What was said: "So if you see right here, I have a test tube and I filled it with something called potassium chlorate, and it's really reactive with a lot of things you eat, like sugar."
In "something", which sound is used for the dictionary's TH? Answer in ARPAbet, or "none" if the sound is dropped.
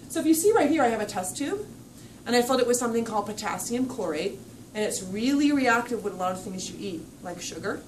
TH